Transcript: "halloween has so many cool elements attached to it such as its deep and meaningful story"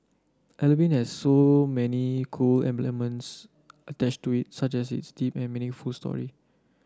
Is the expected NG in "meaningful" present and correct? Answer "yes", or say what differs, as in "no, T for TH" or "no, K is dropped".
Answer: no, NG is dropped